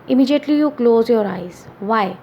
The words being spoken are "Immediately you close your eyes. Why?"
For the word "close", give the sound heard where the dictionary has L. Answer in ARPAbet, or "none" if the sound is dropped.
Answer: L